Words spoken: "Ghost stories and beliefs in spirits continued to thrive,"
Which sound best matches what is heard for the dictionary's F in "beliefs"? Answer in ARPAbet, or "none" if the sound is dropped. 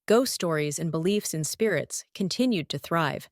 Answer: F